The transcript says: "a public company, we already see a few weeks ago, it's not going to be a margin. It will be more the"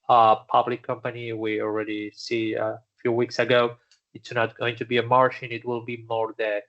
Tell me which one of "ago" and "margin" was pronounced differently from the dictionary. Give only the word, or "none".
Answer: margin